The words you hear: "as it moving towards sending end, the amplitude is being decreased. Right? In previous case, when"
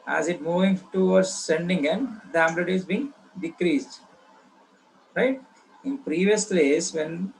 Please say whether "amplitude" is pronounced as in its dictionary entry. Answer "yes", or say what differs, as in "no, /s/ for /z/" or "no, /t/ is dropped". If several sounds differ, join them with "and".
no, /b/ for /p/